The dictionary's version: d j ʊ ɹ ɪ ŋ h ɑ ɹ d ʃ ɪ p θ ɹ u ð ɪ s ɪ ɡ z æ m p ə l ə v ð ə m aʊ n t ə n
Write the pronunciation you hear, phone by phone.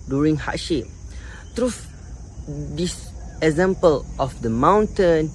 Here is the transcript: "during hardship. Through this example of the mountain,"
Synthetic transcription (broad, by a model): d j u ɹ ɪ ŋ h ɑ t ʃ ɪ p t ɹ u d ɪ s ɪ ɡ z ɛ m p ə l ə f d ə m aʊ n t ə n